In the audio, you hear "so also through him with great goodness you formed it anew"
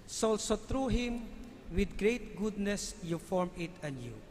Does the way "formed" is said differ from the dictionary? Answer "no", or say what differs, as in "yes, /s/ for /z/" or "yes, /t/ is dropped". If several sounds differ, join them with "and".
yes, /d/ is dropped